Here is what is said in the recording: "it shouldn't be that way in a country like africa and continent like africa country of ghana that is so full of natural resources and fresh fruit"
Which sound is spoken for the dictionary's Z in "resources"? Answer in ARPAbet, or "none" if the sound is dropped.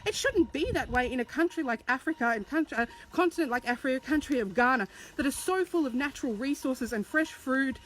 Z